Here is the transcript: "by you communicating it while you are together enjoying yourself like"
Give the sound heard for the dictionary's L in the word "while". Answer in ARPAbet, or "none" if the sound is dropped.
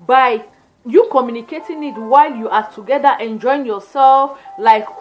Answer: L